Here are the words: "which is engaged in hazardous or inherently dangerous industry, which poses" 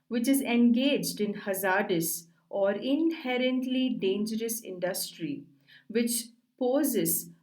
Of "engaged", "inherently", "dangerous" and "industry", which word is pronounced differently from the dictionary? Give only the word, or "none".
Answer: none